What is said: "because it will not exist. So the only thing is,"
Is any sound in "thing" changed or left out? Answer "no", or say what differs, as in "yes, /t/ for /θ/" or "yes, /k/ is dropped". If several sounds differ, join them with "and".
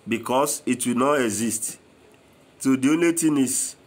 yes, /t/ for /θ/